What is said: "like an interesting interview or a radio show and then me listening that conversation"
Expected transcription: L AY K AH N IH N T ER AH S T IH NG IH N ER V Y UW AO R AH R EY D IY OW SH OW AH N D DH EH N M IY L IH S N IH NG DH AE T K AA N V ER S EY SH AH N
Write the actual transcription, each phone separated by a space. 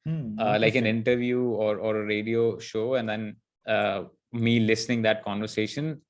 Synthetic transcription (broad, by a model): L AY K AH N IH N T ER AH T V Y UW AO R AH R EY D IY OW SH OW AH N D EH N M IY L IH S N IH NG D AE T K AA N V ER S EY SH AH N